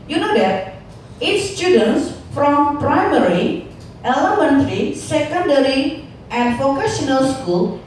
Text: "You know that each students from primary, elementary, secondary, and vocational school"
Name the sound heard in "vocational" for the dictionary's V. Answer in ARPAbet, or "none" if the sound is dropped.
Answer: F